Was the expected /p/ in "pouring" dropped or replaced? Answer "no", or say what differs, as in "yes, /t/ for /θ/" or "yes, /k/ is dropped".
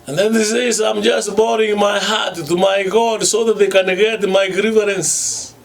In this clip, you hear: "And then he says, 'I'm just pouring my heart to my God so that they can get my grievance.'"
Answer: yes, /b/ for /p/